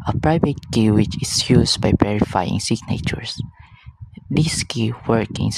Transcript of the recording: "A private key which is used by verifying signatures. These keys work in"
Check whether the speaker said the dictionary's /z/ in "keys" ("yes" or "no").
no